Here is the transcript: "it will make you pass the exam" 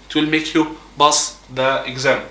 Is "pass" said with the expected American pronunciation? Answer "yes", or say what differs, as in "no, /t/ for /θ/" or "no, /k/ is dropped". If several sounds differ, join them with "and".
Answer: no, /b/ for /p/